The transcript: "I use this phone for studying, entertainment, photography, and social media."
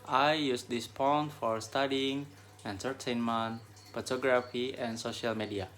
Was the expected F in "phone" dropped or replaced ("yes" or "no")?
yes